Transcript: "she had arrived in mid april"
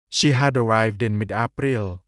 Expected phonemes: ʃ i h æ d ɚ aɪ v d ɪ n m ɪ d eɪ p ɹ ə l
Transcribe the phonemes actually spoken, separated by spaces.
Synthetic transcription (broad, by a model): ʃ i h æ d ɚ aɪ v d ɪ n m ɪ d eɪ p ɹ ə l